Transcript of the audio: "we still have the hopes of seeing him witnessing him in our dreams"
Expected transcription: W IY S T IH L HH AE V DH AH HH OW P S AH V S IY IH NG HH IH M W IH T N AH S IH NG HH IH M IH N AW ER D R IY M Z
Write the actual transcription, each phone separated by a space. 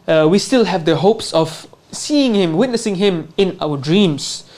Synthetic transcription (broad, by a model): W IY S T IH L HH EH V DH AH HH OW P S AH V S IY IH NG HH IH M W IH T N AH S IH NG HH IH M IH N AW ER D R IY M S